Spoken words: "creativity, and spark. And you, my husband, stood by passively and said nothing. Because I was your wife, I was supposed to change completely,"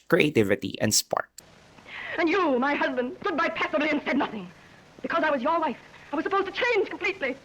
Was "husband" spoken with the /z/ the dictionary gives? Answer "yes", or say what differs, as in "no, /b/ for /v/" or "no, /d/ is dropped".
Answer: yes